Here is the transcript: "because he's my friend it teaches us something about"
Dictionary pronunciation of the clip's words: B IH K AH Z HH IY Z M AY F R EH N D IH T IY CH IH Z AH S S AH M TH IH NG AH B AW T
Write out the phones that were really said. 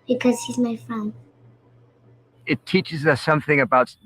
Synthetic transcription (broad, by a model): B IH K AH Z HH IY Z M AY F R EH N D IH T IY CH IH Z AH S S AH M TH IH NG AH B AW T